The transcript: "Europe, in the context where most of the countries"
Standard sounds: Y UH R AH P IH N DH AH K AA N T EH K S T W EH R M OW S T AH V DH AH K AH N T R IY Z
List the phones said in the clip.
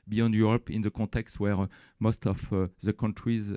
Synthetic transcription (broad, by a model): Y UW R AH P IH N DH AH K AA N T EH K S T W EH R M OW S T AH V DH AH K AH N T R IY Z